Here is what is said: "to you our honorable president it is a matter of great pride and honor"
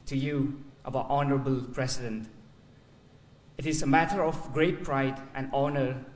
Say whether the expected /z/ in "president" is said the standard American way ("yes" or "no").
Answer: no